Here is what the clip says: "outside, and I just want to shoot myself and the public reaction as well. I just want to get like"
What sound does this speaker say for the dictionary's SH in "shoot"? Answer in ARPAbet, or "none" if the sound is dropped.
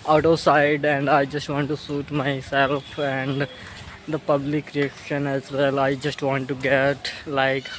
S